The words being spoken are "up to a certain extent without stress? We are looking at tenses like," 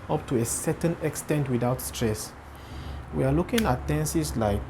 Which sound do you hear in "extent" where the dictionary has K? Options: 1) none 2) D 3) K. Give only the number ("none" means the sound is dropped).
3